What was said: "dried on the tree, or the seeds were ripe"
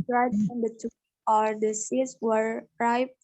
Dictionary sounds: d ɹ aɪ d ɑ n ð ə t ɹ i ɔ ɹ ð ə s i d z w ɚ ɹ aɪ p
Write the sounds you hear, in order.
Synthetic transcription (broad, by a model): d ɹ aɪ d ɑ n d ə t u ɔ ɹ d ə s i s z w ɚ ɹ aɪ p